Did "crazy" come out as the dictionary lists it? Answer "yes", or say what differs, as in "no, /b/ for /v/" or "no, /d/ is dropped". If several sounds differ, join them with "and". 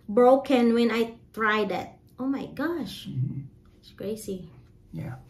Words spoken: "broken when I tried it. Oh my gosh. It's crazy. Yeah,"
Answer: no, /s/ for /z/